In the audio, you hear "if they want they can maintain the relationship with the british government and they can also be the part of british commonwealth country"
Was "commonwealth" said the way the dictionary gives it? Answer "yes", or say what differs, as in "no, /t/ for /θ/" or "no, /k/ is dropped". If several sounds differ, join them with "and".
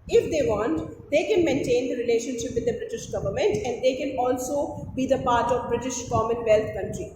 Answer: no, /t/ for /θ/